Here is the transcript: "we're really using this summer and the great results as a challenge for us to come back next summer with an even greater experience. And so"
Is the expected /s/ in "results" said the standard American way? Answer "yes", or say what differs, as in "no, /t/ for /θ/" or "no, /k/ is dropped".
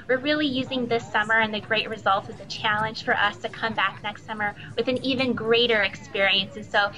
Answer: no, /s/ is dropped